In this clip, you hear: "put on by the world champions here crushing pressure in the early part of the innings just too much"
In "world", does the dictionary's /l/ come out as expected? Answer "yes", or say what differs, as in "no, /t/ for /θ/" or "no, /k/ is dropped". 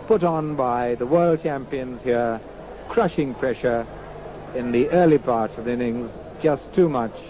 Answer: yes